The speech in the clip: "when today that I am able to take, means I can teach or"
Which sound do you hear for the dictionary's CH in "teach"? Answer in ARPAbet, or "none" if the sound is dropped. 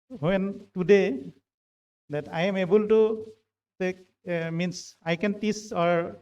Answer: S